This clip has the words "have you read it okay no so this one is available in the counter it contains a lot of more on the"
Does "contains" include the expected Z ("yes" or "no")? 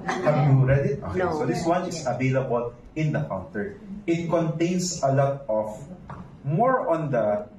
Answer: no